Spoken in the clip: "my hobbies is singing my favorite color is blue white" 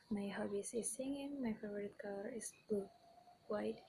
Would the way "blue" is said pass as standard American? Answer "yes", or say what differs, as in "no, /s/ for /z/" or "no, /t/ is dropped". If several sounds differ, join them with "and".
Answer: no, /l/ is dropped